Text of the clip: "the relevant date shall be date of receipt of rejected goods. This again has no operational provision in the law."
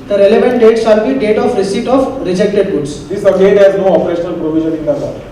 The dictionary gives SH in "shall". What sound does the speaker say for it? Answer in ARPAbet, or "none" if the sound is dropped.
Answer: S